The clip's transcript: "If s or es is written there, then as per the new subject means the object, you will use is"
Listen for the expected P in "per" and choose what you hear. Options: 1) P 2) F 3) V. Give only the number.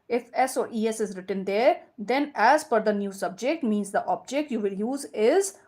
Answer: 2